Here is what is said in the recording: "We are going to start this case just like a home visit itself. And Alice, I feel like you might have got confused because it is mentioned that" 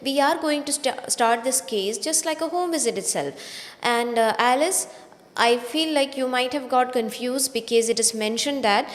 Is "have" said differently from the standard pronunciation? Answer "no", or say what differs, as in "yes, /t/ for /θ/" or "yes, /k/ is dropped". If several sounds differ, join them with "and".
no